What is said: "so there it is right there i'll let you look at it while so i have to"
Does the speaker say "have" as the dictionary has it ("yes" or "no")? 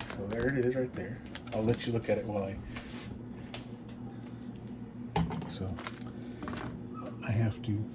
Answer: no